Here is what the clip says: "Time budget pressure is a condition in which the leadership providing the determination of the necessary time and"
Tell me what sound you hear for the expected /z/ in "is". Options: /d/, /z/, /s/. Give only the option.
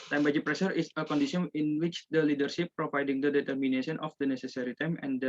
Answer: /s/